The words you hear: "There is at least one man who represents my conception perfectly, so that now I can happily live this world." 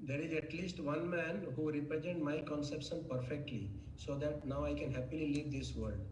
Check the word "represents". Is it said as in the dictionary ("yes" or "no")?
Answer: no